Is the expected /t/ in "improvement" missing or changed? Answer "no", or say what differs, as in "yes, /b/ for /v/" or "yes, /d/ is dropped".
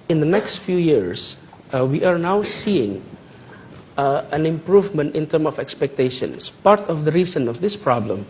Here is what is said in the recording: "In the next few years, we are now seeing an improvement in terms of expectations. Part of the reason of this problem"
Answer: no